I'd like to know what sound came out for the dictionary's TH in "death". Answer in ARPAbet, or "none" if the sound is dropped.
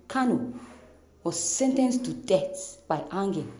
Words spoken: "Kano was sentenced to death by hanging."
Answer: S